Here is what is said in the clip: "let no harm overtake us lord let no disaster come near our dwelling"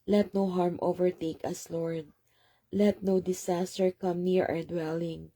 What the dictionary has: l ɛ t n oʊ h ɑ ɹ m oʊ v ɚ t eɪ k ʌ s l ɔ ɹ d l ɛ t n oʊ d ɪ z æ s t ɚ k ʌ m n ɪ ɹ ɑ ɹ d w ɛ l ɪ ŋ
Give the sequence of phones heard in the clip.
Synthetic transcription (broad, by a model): l ɛ t n oʊ h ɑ ɹ m oʊ v ɚ t eɪ k ʌ s l ɔ ɹ d l ɛ t n oʊ d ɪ s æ s t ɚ k ʌ m n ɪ ɹ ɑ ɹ d w ɛ l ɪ ŋ